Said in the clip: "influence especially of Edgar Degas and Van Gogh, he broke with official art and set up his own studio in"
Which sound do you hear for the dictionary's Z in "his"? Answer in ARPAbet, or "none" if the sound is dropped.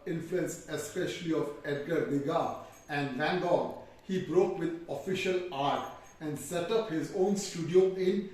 Z